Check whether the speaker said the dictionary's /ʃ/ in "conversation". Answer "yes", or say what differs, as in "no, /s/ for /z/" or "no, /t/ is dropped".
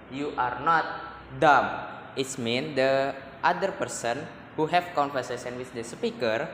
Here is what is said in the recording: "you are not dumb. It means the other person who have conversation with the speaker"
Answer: no, /s/ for /ʃ/